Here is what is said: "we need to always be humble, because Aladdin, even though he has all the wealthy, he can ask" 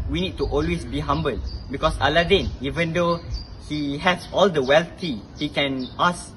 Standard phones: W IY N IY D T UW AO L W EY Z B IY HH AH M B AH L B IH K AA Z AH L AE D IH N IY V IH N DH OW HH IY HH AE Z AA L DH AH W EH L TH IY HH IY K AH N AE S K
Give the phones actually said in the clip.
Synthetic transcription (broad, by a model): W IY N IY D T UW AO L W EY S B IY HH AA M B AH L B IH K AA S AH L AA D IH N IY V IH N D OW HH IY HH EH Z AA L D AH W EH L T IY HH IY K AH N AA S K